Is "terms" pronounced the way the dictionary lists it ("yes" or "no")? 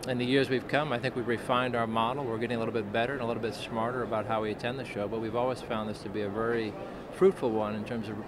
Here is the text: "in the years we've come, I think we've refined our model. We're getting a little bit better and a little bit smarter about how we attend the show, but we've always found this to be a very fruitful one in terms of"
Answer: yes